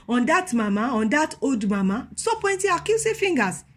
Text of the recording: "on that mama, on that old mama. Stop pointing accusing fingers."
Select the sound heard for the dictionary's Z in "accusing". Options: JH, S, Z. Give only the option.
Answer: S